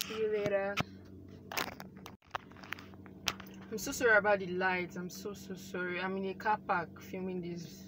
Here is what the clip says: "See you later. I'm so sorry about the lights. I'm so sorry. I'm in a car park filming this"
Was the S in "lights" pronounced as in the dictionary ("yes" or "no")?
no